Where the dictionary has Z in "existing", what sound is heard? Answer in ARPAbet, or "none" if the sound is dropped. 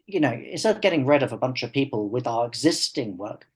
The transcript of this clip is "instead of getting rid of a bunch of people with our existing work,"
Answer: Z